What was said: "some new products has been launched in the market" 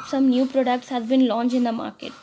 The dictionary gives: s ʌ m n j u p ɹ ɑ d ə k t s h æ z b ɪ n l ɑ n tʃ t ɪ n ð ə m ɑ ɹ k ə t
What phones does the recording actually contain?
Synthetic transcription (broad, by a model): s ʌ m n j u p ɹ ɑ d ə k t s h æ z b ɪ n l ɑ n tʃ ɪ n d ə m ɑ ɹ k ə t